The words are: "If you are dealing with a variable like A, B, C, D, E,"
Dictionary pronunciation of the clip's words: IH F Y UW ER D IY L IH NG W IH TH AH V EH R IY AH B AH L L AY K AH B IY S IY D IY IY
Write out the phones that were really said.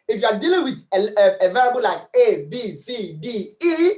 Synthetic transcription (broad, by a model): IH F Y UW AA D IY L IH NG W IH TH AH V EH L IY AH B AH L L AY K AH B IY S IY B IY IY